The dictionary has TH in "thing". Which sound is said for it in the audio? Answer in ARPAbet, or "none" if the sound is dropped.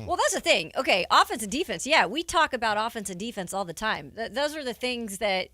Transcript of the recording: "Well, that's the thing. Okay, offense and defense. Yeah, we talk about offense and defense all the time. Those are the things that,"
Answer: TH